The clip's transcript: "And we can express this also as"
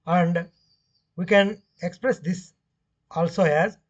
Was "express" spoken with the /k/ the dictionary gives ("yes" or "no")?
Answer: yes